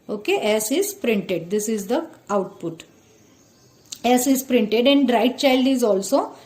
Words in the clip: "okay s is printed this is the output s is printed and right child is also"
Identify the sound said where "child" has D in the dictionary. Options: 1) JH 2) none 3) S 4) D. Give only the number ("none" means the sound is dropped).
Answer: 4